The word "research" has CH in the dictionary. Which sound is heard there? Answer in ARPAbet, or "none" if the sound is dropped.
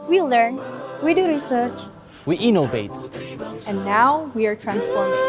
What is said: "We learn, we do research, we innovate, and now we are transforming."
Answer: CH